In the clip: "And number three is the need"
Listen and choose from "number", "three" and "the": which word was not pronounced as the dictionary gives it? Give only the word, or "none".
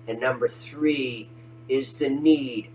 none